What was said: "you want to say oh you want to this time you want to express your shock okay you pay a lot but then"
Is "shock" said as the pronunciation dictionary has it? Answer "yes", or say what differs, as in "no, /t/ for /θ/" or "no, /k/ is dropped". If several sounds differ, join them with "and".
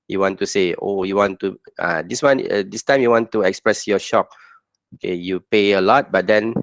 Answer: yes